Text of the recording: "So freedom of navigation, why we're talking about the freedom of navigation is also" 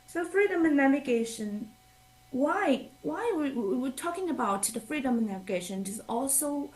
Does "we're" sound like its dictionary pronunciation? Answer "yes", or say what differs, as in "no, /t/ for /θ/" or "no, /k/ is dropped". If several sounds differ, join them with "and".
no, /w/ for /ɹ/